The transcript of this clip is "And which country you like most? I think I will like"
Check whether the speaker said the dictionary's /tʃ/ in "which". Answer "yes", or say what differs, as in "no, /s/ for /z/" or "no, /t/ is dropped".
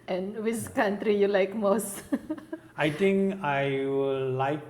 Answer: no, /s/ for /tʃ/